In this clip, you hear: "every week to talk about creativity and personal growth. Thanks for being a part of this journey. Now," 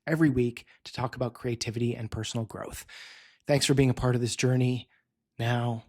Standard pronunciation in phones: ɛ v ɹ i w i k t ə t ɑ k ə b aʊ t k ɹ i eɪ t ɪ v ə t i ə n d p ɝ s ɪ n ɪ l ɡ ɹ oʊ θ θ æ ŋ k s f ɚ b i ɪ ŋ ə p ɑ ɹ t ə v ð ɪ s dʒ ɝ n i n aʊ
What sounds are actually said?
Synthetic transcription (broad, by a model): ɛ v ɹ i w i k t ə t ɑ k ə b aʊ t k ɹ i eɪ t ɪ v ə t i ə n p ɝ s n l ɡ ɹ oʊ θ θ æ ŋ k s f ɚ b i ɪ ŋ ə p ɑ ɹ t ə v ð ɪ s dʒ ɝ n i n aʊ